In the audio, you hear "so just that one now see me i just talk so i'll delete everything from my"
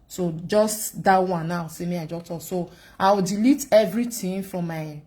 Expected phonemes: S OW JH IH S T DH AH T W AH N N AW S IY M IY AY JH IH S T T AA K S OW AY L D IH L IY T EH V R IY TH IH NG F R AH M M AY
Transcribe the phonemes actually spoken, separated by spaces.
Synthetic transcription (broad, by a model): S OW JH IH S T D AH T W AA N N AW S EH M IY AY JH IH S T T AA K S OW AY W D IH L IY T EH V R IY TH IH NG F R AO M M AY